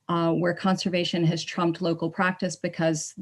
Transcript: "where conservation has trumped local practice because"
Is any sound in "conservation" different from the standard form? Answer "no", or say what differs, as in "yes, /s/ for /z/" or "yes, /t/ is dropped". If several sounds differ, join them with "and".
no